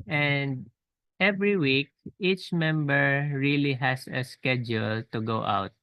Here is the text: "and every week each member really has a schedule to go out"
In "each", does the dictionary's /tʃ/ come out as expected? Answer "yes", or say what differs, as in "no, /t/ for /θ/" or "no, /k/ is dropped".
yes